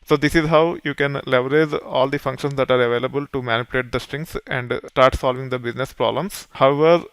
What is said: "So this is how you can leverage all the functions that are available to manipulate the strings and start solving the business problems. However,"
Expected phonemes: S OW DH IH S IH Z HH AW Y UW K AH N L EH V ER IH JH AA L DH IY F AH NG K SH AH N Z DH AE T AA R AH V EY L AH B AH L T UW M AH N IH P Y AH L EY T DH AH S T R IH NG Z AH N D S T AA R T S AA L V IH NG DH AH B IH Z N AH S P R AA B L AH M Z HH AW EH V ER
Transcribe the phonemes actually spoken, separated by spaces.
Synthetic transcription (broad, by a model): S OW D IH S IH Z HH AW Y UW K AH N L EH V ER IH Z AA L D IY F AH NG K SH AH N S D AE T AA R AH V EY L AH B AH L T UW M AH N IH P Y L EY T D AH S T R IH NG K AH N D S T AA R T S AA L V IH NG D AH B IH Z N AH S P R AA B L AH M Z HH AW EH V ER